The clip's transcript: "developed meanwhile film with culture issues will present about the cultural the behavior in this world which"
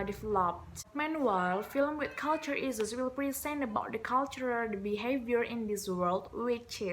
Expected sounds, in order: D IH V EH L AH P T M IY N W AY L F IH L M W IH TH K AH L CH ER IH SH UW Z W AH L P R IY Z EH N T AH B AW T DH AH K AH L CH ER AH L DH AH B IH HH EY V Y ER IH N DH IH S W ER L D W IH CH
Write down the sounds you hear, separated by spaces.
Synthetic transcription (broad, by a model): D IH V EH L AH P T M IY N W AY L F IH L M W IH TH K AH L CH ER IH S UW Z W AH L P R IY S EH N AH B AW T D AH K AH L CH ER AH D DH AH B IH HH EY V Y ER IH N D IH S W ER L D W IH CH